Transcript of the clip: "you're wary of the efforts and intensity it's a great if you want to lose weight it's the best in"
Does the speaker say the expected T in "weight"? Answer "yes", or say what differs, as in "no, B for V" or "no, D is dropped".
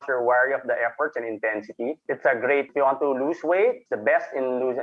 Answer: no, T is dropped